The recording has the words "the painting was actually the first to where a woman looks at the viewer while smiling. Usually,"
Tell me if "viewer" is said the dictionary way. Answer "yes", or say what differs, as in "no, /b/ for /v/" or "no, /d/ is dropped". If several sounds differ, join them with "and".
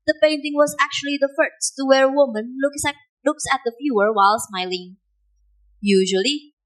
no, /f/ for /v/